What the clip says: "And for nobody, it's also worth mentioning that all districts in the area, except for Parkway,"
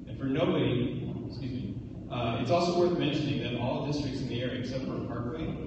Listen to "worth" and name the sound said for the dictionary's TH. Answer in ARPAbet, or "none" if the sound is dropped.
TH